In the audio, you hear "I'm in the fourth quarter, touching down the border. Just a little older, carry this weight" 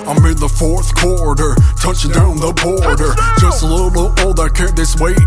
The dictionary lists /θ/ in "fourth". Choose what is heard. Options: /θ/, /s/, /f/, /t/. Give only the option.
/θ/